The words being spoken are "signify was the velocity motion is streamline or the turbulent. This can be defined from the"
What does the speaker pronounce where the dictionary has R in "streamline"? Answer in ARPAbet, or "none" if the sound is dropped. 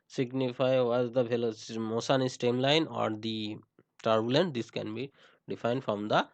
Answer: none